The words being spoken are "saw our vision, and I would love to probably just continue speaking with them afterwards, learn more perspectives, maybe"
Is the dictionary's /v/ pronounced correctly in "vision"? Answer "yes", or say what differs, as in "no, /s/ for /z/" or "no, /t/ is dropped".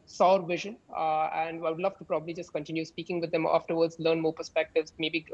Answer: yes